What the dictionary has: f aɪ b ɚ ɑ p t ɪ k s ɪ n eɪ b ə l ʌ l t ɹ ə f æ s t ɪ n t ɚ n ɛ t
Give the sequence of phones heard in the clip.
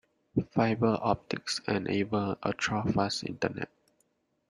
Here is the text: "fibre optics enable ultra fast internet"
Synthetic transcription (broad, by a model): f aɪ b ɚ ɑ p t ɪ k s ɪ n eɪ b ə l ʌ t ɹ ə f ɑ s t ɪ n t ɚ n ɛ t